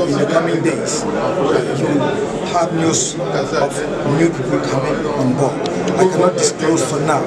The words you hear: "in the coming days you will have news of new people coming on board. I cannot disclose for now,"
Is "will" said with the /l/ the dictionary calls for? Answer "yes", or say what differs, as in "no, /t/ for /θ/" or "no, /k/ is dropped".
no, /w/ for /l/